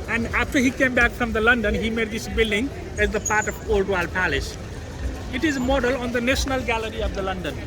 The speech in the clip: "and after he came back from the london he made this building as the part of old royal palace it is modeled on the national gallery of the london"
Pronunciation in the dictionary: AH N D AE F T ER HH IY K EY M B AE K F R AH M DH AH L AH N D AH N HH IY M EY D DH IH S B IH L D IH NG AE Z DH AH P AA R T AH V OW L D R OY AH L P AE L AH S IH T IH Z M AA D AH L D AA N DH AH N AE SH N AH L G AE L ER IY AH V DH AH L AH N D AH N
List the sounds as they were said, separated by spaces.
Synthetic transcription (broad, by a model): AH N D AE F T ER HH IY K EY M B AE K F R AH M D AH L AH N D AH N HH IY M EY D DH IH S B IH L D IH NG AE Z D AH P AA R T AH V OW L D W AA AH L P AE L AH S IH T IH Z M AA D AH L AA N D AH N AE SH N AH L G AE L ER IY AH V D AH L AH N D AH N